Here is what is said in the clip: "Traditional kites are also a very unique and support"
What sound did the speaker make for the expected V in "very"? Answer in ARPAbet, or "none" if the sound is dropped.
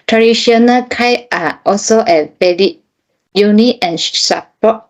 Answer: B